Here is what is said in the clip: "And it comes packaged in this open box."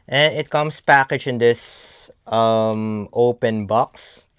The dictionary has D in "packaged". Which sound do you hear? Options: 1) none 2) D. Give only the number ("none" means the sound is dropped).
1